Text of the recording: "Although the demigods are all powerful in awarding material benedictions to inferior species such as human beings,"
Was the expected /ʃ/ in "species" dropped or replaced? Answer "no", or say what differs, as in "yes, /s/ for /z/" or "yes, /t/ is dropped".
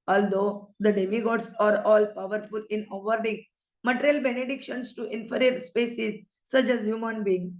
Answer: yes, /s/ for /ʃ/